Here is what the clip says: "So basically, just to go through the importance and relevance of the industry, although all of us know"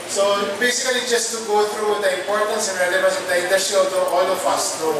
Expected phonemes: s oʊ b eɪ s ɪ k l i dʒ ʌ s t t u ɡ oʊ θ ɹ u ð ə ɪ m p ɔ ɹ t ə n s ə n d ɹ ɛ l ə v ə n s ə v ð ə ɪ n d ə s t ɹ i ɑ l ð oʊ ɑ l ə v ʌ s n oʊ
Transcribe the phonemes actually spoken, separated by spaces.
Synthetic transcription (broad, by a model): s oʊ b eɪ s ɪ k l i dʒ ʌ s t t u ɡ oʊ t ɹ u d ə ɪ m p ɔ ɹ t ə n s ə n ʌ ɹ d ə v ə s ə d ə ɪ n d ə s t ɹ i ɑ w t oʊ ɑ l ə f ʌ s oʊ